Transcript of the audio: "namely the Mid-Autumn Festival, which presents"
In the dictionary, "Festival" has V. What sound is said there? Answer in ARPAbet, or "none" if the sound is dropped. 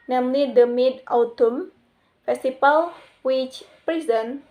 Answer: P